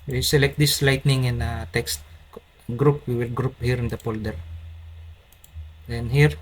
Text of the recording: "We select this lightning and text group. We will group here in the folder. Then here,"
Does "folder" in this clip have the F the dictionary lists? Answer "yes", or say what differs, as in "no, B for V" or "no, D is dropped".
no, P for F